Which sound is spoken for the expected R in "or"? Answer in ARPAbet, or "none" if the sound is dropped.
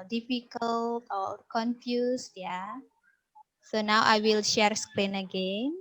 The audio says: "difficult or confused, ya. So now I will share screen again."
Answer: L